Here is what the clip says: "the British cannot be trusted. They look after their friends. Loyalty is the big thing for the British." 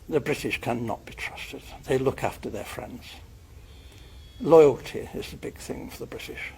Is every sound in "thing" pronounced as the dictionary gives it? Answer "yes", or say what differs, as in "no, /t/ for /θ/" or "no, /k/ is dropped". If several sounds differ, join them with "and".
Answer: yes